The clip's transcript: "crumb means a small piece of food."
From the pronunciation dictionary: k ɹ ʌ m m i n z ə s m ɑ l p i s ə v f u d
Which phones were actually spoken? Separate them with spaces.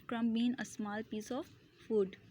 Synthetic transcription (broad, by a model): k ɹ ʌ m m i n ə s m ɑ l p i s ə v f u d